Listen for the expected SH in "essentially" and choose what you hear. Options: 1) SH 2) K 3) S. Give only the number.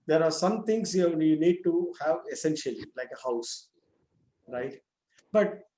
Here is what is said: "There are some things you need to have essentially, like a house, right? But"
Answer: 1